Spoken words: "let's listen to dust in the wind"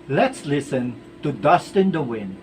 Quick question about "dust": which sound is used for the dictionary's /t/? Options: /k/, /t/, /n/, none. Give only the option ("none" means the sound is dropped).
/t/